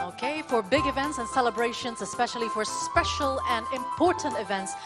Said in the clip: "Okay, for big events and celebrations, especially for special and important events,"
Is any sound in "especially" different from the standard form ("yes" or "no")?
no